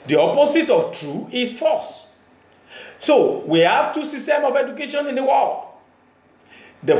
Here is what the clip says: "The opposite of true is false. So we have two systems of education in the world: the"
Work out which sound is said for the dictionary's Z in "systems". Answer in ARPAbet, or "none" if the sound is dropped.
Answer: none